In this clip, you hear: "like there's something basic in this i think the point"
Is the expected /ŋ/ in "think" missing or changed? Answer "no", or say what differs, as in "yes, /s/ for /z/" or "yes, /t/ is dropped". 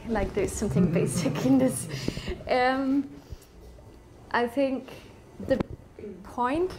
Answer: no